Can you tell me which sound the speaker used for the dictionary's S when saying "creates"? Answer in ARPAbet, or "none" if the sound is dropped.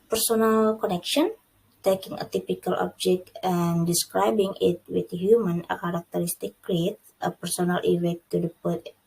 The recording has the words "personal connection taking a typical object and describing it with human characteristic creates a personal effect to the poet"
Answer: none